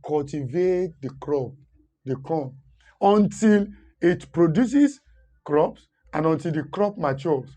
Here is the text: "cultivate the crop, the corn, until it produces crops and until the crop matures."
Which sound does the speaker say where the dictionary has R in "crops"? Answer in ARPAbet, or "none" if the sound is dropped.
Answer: R